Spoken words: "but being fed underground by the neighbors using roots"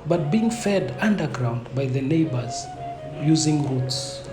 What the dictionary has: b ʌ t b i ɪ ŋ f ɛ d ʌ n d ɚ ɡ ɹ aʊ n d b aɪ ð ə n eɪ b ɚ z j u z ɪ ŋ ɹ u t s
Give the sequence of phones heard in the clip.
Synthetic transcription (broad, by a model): b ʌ t b i ɪ ŋ f ɛ d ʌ n d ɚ ɡ ɹ aʊ n d b aɪ ð ə n eɪ b ɚ z j u z ɪ ŋ ɹ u t s